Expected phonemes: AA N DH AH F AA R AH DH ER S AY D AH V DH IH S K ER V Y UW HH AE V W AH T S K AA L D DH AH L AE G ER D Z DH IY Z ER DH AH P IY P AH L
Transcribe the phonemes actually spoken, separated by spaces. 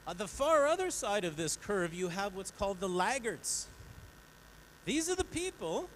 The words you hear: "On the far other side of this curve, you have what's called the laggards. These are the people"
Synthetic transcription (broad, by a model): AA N DH AH F AA R AH DH ER S AY D AH V DH IH S K ER V Y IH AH V W AH T S K AA L D DH AH L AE G ER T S DH IY Z ER DH AH P IY P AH L